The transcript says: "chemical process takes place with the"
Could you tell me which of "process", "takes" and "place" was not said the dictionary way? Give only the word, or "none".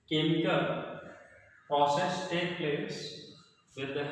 takes